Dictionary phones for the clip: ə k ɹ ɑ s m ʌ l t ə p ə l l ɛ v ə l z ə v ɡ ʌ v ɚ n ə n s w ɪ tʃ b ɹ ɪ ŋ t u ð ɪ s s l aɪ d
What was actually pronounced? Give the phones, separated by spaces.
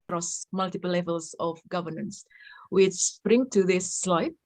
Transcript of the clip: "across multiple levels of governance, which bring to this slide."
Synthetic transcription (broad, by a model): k ɹ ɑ s m ʌ l t ə p ə l l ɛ v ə l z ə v ɡ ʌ v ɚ n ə n s w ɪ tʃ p ɹ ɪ ŋ t u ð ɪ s s l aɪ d